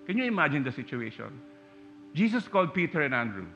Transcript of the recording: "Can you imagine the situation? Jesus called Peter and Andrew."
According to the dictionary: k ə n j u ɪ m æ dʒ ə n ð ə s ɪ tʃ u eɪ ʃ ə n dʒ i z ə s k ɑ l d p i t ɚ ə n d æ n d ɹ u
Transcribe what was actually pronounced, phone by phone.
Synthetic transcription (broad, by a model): k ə n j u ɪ m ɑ dʒ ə n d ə s ɪ tʃ u eɪ ʃ ə n dʒ i s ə s k ɑ l d p i t ɚ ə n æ n d ɹ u